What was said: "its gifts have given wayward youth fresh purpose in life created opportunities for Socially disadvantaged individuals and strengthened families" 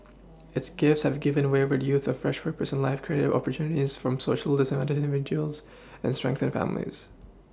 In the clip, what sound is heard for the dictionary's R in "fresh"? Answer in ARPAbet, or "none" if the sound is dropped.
R